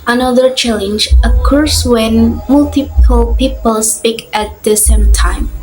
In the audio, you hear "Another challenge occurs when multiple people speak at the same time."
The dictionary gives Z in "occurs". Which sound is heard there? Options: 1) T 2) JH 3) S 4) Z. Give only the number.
3